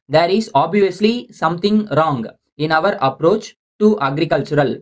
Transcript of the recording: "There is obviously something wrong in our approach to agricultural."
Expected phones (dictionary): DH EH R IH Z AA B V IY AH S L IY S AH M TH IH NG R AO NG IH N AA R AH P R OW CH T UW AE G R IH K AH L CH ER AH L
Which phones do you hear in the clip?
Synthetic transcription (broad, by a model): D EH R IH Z AA B V IY AH S L IY S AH M T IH NG R AO NG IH N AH R AH P R OW CH T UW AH G R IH K AH L CH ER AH L